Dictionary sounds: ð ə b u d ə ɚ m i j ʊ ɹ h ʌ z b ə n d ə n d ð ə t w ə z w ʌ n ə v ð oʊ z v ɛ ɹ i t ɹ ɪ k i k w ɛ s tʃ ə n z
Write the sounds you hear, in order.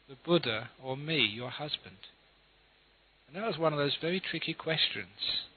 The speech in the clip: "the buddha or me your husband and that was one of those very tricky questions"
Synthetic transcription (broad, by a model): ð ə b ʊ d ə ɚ m i j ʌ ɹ h ʌ z b ə n d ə n ð ə t w ə z w ʌ n ə v ð oʊ z v ɛ ɹ i t ɹ ɪ k i k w ɛ s tʃ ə n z